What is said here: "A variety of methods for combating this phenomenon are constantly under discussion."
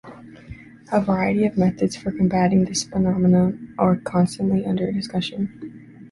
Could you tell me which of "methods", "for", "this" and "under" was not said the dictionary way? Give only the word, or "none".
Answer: none